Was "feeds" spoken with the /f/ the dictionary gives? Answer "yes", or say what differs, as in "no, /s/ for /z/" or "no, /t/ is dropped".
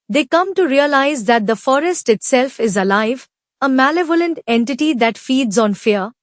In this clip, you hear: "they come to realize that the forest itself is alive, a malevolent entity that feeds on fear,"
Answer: yes